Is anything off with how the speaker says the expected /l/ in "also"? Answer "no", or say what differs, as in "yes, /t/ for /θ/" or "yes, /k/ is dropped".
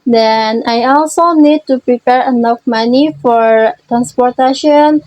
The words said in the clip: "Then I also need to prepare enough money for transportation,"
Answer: no